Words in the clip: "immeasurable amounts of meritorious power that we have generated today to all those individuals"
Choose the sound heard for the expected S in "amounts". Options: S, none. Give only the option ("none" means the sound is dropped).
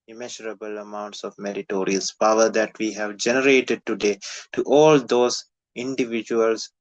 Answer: S